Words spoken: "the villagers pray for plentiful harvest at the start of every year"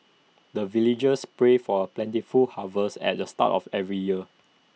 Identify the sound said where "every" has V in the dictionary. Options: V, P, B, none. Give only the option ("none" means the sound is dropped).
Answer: V